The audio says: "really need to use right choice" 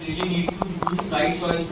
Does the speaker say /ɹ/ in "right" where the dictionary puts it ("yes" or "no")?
no